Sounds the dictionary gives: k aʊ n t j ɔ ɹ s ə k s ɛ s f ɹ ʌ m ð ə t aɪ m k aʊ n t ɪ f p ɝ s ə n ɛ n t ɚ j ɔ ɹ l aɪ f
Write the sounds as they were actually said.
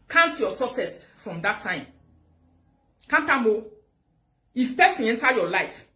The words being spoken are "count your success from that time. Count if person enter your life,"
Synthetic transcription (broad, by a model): k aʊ n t j ɔ s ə s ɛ s f ɹ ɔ m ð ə t aɪ m k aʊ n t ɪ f p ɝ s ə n ɛ n t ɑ j ɔ l aɪ f